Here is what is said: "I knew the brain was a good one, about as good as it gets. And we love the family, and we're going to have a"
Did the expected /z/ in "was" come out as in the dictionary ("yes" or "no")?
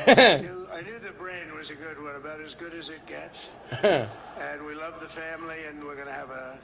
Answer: yes